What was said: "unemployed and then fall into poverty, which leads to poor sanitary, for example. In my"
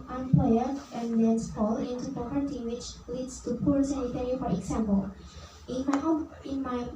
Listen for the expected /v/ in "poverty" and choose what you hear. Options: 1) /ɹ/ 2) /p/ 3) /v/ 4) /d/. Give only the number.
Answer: 2